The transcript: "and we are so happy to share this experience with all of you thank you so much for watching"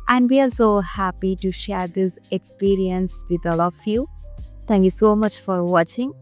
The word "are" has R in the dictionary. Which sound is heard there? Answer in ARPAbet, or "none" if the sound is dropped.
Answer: L